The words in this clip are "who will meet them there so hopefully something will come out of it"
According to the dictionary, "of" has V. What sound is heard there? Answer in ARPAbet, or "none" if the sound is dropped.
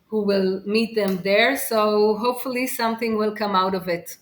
V